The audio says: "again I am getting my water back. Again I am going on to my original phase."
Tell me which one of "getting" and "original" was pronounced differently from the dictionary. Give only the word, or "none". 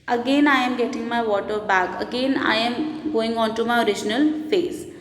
none